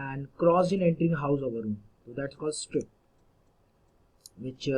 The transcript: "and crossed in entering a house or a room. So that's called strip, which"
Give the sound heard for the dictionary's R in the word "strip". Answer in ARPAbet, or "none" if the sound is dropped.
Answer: R